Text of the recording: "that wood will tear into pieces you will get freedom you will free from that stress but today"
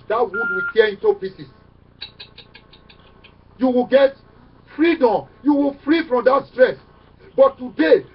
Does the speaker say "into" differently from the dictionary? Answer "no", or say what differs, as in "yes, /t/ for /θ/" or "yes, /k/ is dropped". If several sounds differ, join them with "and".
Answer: no